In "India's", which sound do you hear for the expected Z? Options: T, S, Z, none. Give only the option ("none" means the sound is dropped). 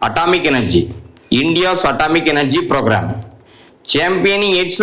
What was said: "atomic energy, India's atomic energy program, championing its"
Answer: S